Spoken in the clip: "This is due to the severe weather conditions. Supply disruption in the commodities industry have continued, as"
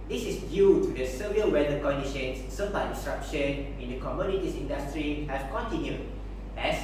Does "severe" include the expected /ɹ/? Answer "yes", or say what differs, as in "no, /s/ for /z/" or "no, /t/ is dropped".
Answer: no, /l/ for /ɹ/